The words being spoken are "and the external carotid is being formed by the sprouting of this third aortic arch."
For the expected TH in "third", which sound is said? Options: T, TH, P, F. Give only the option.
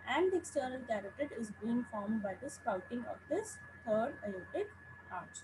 T